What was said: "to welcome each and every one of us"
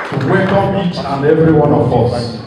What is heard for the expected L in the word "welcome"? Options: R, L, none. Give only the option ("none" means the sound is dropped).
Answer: none